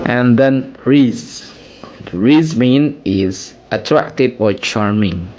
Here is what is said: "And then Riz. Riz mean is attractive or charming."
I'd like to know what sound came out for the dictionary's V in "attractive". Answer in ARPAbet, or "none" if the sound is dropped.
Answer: B